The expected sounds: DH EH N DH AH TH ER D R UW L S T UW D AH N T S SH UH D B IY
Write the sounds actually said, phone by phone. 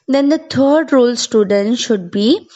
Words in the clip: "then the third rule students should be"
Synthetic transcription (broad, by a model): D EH N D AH T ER D R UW L S T UW D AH N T SH UH D B IY